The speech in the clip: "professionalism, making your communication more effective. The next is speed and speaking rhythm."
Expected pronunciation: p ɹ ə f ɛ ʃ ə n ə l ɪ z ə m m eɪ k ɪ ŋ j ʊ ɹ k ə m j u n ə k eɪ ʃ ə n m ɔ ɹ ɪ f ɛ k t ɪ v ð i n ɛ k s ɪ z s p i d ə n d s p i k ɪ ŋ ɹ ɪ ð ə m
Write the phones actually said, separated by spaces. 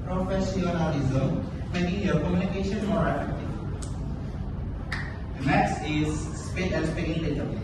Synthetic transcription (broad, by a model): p ɹ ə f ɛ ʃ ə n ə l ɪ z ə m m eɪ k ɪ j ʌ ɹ k ə m j u n ə k eɪ ʃ ə n m ɔ ɹ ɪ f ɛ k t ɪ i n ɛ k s ɪ z s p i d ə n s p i ɪ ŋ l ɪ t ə